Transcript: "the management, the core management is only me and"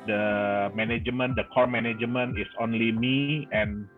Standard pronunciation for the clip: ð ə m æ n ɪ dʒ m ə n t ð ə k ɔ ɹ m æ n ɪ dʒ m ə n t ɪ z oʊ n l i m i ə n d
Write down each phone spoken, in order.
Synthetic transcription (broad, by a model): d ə m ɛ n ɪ dʒ m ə n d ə k ɔ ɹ m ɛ n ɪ dʒ m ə n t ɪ s oʊ n l i m i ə n